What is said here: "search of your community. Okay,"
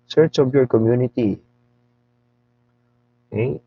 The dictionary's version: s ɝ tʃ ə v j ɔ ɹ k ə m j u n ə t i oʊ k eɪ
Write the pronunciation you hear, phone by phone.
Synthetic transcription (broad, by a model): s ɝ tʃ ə b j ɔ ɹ k ə m j u n ə t i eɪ